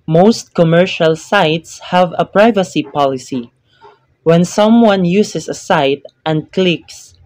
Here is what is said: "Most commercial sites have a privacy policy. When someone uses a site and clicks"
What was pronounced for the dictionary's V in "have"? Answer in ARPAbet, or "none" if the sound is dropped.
V